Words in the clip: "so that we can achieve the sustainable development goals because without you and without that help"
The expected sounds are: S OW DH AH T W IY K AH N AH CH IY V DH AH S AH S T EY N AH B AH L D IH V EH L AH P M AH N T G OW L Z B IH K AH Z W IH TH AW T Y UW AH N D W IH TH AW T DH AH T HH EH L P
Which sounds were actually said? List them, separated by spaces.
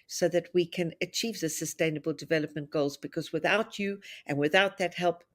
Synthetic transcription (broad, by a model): S OW DH AH T W IY K AH N AH CH IY V DH AH S AH S T EY N AH B AH L D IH V EH L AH P M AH N G OW L Z B IH K AH Z W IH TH AW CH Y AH N W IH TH AW T DH AH T HH EH L P